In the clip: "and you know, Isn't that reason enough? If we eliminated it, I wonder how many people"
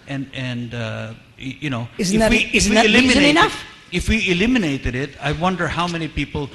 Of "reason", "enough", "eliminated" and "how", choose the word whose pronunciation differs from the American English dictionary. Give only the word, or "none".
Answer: reason